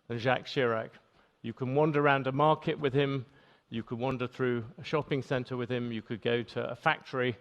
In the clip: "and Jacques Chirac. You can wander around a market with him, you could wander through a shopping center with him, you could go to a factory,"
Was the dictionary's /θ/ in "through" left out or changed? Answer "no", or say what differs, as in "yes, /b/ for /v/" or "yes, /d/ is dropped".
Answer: no